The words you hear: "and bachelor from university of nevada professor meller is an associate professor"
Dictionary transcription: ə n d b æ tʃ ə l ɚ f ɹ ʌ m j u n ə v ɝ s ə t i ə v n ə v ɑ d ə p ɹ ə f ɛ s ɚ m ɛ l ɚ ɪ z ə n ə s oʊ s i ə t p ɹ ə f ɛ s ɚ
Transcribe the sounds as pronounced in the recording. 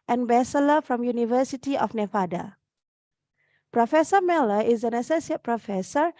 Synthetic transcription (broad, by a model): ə n b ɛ s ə l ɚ f ɹ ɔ m j u n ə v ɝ s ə t i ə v n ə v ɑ d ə p ɹ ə f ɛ s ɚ m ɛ l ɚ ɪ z ə n ə s oʊ s i ə t p ɹ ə f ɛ s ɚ